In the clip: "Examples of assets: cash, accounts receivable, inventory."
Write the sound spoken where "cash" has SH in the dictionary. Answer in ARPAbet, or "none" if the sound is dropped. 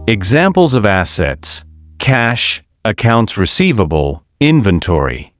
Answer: SH